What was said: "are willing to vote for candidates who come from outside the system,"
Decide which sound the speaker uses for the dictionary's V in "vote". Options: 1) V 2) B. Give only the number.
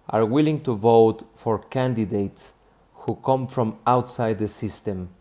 1